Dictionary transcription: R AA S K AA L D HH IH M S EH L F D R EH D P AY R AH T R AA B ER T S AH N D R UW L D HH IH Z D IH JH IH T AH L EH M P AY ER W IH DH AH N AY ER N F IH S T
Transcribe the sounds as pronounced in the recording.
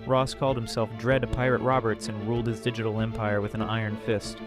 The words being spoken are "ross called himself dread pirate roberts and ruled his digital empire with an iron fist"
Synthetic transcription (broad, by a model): R AA S K AA L D HH IH M S EH L F D R EH D P AY R AH T R AA B ER T S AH N R UW L D HH IH Z D IH JH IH T L EH M P AY ER W IH DH AH N AY ER N F IH S T